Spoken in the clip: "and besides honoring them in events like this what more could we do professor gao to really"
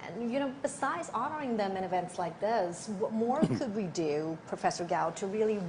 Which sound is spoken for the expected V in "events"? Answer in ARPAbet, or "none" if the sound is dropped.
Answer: V